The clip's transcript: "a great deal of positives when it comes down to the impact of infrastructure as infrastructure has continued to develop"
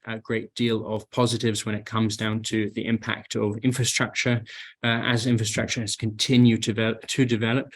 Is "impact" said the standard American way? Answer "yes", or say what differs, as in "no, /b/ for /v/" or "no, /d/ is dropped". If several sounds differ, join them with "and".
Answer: yes